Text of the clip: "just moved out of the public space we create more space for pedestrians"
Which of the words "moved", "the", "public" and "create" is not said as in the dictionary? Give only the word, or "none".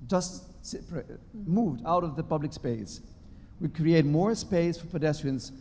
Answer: none